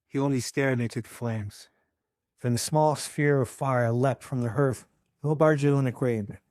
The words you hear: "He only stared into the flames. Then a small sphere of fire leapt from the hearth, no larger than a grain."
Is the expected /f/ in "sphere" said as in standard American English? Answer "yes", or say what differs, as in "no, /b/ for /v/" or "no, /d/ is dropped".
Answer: yes